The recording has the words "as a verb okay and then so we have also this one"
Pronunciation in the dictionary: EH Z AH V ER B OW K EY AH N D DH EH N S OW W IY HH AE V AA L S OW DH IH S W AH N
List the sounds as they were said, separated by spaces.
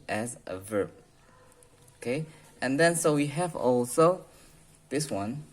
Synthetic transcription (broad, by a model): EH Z AH V ER B OW K EY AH N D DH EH N S OW W IY HH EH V AA L S OW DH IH S W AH N